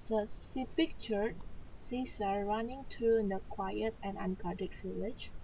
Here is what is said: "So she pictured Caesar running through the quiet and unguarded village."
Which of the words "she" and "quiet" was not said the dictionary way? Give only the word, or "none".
she